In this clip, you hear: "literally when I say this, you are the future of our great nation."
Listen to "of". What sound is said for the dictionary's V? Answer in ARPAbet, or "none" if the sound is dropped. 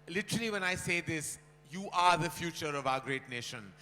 V